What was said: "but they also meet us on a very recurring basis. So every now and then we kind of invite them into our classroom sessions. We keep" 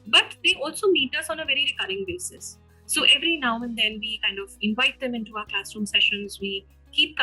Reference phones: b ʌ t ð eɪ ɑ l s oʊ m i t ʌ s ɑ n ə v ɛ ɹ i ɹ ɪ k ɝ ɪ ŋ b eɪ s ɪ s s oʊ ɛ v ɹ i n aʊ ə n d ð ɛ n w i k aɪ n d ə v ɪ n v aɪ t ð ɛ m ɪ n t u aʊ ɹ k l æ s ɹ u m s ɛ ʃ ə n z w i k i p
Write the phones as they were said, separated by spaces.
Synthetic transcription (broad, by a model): b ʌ t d eɪ ɑ l s oʊ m i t ʌ s ɑ n ə v ɛ ɹ i ɹ ɪ k ɝ ɪ ŋ b eɪ s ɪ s s oʊ ɛ v ɹ i n aʊ ə n d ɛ n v i k aɪ n d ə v ɪ n v aɪ t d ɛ m ɪ n t u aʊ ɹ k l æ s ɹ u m s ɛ ʃ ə n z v i k i p